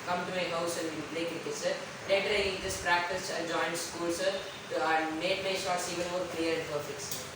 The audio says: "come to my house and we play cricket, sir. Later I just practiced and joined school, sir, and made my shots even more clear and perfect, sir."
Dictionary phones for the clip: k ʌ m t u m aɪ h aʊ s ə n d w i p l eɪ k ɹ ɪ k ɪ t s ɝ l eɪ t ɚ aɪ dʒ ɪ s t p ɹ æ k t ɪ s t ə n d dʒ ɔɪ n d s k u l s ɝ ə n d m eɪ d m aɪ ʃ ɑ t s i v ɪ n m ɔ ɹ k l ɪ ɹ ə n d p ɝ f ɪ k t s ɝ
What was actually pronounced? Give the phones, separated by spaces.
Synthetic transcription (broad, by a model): k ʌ m t u m aɪ h aʊ s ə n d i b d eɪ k ɪ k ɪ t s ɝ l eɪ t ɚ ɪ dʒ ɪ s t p ɹ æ k t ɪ s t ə dʒ ɔɪ n d s k u l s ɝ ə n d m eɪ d m aɪ ʃ ɑ t s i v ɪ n m ɔ ɹ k l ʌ ɹ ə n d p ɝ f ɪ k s